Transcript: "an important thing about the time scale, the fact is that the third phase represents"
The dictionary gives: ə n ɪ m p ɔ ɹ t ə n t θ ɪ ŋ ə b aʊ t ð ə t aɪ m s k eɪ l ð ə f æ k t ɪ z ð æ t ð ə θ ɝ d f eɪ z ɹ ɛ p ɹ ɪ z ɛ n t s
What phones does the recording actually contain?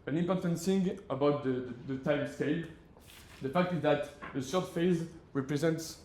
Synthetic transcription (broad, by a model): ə n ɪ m p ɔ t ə n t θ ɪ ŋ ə b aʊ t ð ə t aɪ m s k eɪ l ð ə f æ k t ɪ z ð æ t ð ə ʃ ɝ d f eɪ z ɹ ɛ p ɹ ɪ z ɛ n t s